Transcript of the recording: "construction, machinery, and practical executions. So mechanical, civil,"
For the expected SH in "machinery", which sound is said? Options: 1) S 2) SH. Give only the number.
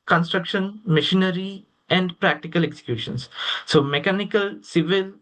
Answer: 2